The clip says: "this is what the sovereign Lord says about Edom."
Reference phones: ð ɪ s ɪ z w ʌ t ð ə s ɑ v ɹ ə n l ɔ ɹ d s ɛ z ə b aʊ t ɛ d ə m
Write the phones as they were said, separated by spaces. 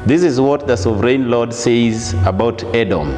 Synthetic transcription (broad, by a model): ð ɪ s ɪ z w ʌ t ð ə s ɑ v ɹ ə n l ɔ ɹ d s ɛ z ə b aʊ t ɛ d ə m